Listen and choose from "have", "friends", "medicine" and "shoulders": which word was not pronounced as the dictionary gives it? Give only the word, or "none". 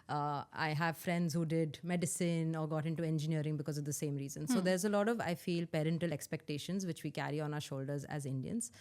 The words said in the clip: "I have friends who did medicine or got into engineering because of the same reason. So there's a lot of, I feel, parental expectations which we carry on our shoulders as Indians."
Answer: none